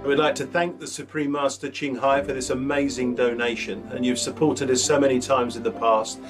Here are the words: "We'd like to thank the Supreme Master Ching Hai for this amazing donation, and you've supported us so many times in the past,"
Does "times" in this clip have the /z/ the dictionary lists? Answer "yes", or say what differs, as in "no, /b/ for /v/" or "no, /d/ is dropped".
yes